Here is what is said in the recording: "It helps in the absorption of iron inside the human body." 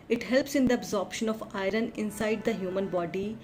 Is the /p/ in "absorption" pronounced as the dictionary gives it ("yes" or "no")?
yes